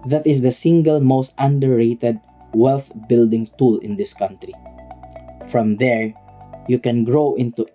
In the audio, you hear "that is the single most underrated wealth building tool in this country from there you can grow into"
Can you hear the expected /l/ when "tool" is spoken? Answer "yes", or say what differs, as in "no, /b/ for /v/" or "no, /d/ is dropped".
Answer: yes